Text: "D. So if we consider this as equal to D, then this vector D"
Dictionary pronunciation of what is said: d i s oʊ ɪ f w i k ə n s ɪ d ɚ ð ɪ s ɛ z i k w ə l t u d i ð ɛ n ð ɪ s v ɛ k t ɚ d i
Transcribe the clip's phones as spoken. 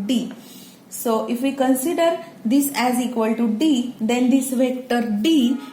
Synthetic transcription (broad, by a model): d i s oʊ ɪ f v i k ə n s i d ɚ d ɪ s ɛ z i k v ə l t u d i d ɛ n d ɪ s v ɛ k t ɚ d i